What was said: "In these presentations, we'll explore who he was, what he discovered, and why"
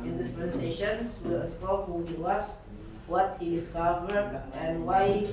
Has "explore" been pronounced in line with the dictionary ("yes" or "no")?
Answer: no